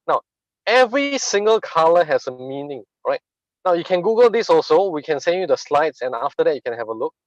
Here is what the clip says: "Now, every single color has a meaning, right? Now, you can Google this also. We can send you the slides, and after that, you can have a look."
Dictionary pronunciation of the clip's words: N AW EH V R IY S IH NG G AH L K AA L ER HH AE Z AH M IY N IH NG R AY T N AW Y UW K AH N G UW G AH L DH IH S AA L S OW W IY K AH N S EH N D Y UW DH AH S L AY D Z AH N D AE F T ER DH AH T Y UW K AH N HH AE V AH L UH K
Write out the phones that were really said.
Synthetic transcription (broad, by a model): N AW EH V R IY S IH NG G AH L K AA L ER HH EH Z AH M IY N IH NG R AY T N AW Y UW K AH N G UW G AH L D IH S AA L S OW W IY K AH N S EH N Y UW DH AH S L AY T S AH N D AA F T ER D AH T Y UW K AH N HH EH V AH L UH K